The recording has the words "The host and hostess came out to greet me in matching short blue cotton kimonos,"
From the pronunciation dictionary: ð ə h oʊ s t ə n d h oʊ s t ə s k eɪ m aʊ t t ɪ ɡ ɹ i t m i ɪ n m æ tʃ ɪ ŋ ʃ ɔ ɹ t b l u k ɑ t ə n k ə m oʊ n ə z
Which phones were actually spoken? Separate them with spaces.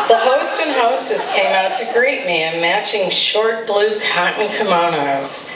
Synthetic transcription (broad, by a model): ð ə h oʊ s t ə n h oʊ s t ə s k eɪ m aʊ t t ɪ ɡ ɹ i t m i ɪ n m æ tʃ ɪ ŋ ʃ ɔ ɹ t b l u k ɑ t n k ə m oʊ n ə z